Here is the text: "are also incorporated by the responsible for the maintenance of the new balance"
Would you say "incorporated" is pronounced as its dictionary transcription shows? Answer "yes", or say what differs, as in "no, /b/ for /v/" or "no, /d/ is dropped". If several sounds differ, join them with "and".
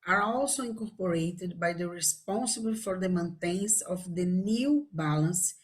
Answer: no, /n/ is dropped